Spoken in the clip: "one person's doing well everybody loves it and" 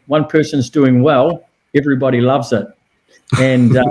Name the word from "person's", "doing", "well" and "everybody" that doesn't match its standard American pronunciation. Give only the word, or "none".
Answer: none